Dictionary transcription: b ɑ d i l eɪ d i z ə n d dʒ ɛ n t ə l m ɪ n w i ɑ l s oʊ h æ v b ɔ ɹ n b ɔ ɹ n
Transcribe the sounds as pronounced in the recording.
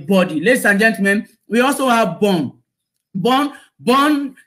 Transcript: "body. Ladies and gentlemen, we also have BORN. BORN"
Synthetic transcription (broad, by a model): b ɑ d i l eɪ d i s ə n dʒ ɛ n t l m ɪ n w i ɑ l s oʊ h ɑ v b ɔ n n b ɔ n